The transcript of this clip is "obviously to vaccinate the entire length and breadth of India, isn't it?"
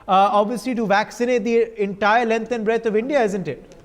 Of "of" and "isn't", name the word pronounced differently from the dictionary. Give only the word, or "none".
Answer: none